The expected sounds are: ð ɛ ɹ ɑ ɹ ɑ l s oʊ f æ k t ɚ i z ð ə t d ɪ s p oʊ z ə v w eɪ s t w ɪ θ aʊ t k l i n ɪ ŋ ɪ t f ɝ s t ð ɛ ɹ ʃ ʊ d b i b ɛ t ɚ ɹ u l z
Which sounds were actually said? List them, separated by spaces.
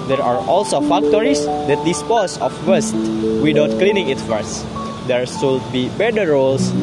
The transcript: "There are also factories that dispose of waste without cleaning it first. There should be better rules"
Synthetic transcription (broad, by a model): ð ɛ ɹ ɑ ɹ ɑ l s oʊ f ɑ k t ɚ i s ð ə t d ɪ s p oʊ s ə f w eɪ s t w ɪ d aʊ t k l i n ɪ ŋ ɪ t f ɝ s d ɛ ɹ s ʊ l b i b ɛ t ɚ ɹ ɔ l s